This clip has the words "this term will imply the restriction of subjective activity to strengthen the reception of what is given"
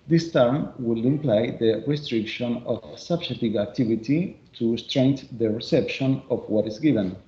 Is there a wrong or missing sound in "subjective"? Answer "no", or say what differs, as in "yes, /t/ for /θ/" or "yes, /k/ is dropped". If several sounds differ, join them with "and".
yes, /k/ is dropped